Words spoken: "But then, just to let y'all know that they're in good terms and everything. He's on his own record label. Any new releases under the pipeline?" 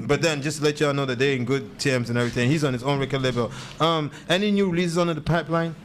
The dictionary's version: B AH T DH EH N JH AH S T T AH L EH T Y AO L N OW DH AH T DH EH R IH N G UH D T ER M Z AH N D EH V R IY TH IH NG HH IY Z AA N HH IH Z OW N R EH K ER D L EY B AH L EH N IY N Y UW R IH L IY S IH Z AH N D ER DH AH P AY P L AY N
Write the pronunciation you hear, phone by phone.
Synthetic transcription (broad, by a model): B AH T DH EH N JH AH S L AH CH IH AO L N OW DH AH T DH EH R IH N G UH D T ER M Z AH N EH V R IY TH IH NG HH IY Z N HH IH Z OW N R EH K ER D L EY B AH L EH N IY N Y UW R IH L IY S IH Z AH N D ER DH AH P AY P L AY N